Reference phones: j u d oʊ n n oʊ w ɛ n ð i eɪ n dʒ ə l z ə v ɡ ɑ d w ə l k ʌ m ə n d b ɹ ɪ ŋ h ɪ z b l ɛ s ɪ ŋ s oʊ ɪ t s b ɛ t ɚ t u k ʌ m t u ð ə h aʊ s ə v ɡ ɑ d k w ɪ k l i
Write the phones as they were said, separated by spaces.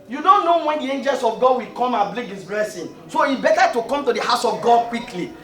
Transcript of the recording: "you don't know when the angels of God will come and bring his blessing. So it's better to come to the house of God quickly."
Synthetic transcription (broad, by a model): j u d oʊ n n oʊ w ɛ n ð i eɪ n dʒ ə l s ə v ɡ ɑ d w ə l k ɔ m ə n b l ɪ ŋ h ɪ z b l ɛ s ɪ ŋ s oʊ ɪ b ɛ t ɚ t u k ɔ m t u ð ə h aʊ s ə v ɡ ɑ d k w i k l i